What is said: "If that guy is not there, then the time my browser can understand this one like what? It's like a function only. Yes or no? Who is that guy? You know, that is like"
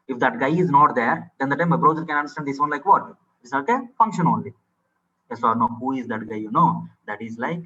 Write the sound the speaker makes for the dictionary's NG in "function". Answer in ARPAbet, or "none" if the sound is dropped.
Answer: NG